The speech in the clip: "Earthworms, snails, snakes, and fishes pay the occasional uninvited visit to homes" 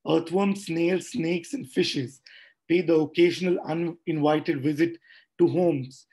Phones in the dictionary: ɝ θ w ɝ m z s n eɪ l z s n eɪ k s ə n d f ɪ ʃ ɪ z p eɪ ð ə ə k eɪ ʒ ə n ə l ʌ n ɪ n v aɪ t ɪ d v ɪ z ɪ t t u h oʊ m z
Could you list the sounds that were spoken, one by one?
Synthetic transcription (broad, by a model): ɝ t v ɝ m s n eɪ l s n eɪ k s ə n d f ɪ ʃ ɪ z p eɪ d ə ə k eɪ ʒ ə n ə l ʌ n ɪ n v aɪ t ɪ d v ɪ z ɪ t t u h oʊ m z